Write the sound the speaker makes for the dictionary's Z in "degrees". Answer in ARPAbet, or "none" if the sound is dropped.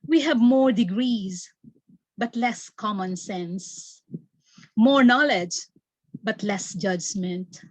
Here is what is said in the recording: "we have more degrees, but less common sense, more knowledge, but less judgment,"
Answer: Z